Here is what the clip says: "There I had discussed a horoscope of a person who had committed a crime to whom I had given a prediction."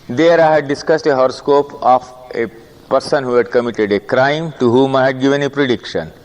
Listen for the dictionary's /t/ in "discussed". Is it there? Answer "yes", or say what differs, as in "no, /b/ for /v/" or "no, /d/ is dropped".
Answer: yes